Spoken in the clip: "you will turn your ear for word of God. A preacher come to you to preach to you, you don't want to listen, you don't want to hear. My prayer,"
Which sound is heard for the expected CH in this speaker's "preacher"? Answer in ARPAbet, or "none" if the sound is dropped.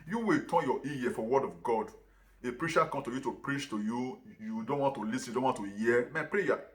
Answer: SH